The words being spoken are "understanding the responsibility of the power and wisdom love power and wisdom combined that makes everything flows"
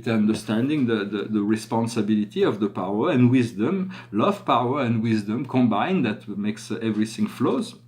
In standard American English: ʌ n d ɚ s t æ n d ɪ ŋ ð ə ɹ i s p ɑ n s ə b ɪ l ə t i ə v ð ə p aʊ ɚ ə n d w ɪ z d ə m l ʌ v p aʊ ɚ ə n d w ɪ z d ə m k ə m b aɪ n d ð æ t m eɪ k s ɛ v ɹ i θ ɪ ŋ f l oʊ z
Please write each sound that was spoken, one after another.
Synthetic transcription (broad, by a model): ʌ n d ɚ s t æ n d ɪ ŋ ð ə ɹ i s p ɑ n s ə b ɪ l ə t i ə v ð ə p aʊ ɚ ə n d w ɪ z d ə m l ʌ v p aʊ ɚ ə n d w ɪ z d ə m k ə m b aɪ n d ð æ t m eɪ k s ɛ v ɹ i θ ɪ ŋ f l oʊ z